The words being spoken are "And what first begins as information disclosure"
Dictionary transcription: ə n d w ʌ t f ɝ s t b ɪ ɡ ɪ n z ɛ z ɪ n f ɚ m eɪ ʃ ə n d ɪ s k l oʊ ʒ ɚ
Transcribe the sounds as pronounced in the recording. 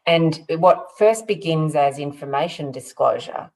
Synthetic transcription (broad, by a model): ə n w ʌ t f ɝ s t b ɪ ɡ ɪ n z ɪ z ɪ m f ɚ m eɪ ʃ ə n d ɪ s k l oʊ ʒ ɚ